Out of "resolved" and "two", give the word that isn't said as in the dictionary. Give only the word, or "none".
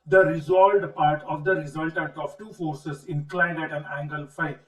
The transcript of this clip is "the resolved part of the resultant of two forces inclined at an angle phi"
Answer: resolved